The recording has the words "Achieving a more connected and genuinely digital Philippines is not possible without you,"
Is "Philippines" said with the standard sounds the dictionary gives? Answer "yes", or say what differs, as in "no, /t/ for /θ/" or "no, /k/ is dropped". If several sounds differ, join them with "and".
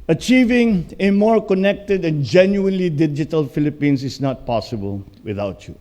no, /s/ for /z/